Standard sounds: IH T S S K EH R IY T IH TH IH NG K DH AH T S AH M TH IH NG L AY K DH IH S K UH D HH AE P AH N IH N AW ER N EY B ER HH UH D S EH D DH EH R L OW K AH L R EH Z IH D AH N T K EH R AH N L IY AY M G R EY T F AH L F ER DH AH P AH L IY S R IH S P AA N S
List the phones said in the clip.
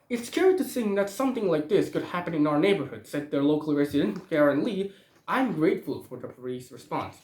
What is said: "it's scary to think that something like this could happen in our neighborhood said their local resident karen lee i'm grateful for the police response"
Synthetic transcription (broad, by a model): IH T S S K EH R T IH S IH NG DH AH T S AH M TH IH NG L AY K DH IH S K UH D HH AE P AH N IH N AW ER N EY B ER HH UH D S EH D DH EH R L OW K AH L R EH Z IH D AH N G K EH R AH N L IY AY M G R EY T F AH L F ER DH AH P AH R IY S R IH S P AA N S